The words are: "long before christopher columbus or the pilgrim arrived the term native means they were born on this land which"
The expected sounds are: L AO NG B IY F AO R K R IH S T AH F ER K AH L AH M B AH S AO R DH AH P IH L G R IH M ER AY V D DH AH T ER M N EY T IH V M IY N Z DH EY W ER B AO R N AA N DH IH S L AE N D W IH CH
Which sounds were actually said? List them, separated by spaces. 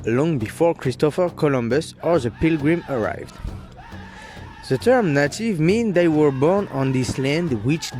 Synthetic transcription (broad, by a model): L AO NG B IY F AO R K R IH S T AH F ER K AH L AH M B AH S AO R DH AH P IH L G R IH M ER AY V D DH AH T ER M N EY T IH V M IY N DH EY W ER B AO R N AA N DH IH S L AE N D W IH CH